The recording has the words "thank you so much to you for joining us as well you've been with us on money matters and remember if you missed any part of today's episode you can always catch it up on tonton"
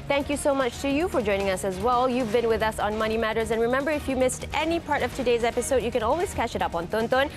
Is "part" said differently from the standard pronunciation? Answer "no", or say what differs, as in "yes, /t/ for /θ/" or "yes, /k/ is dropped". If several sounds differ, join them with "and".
no